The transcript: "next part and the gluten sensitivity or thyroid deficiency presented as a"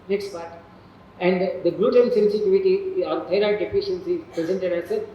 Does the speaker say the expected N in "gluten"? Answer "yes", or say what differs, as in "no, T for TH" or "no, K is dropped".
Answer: no, L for N